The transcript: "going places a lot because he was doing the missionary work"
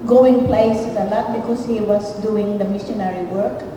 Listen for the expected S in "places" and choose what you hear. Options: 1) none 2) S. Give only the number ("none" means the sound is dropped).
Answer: 1